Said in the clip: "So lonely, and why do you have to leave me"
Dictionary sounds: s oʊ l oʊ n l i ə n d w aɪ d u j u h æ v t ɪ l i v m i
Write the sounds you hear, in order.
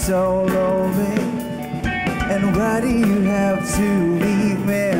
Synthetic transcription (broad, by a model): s oʊ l oʊ l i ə n w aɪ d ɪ j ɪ h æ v t ɪ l i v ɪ